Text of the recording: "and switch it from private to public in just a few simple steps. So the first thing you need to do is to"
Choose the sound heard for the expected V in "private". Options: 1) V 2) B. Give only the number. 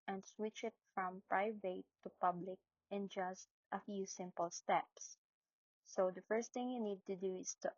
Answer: 1